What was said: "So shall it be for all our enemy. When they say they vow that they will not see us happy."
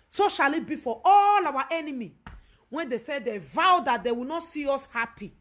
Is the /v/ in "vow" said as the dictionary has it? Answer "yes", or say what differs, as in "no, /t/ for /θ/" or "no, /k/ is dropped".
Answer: yes